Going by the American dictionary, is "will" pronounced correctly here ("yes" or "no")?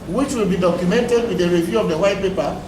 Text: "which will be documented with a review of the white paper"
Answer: yes